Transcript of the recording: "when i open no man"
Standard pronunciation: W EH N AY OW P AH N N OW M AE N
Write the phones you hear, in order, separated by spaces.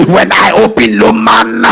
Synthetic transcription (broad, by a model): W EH N AY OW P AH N L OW M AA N